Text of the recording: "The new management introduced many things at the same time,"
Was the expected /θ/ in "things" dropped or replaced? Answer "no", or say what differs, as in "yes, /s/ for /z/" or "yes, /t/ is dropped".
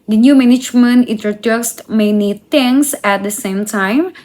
yes, /t/ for /θ/